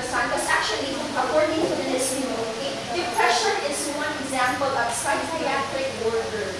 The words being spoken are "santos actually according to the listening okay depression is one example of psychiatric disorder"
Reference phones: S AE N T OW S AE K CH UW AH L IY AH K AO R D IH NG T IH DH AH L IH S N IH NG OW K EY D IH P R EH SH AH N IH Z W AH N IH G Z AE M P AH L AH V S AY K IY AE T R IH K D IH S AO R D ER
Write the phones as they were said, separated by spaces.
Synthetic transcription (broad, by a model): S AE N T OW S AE K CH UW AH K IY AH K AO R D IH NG T IH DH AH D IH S IH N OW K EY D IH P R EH SH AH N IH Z W AH N IH G Z AE M P AH L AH P S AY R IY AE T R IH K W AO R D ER